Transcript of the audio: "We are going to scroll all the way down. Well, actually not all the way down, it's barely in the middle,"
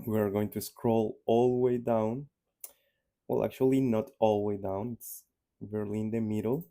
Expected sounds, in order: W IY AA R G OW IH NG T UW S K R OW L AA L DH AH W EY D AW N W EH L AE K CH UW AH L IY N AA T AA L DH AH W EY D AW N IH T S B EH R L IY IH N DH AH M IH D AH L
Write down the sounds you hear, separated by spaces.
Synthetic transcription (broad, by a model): W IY AA R G OW IH NG T UW S K R OW L AA L W EY D AW N W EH L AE K CH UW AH L IY N AA T AA L W EY D AW N IH T S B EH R L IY N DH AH M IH D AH L